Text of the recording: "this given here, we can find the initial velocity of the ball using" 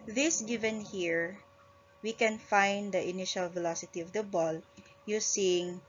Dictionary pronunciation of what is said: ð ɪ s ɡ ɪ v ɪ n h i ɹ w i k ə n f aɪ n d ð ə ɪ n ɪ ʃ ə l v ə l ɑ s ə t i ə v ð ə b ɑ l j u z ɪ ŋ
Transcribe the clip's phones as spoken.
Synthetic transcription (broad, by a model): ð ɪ s ɡ ɪ v ɪ n h i ɹ w i k ə n f aɪ n d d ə ɪ n ɪ ʃ ə l v ə l ɑ s ə t i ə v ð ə b ɑ l j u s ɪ ŋ